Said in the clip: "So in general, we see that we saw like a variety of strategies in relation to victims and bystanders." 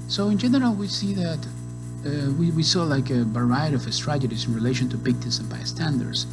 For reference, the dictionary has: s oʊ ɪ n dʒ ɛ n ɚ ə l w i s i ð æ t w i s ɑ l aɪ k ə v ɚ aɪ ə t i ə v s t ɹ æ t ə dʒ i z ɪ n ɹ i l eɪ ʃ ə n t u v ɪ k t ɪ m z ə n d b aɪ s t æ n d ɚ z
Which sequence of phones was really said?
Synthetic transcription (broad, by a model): s oʊ ɪ n dʒ ɛ n ɚ ə l w i s i ð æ t w i s ɑ l aɪ k ə b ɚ aɪ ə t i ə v s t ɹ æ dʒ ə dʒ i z ɪ n ɹ i l eɪ ʃ ə n t u p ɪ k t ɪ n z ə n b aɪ s t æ n d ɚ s